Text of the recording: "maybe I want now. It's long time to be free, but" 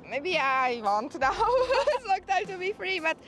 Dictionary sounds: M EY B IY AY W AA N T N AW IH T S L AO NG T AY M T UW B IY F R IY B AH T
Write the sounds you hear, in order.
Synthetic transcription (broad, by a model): M EY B IY AY W AA N T N AW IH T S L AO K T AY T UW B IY F R IY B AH T